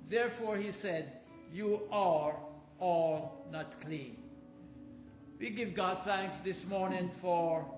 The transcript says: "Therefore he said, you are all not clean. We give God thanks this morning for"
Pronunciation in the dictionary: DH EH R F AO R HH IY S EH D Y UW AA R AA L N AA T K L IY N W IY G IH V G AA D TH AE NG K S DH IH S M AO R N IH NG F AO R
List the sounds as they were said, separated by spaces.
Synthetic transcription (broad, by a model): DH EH R F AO R HH IY S EH D Y UW AA R AA L N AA T K L IY N W IY G IH V G AA D TH AE NG K S DH IH S M AO R N IH NG F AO R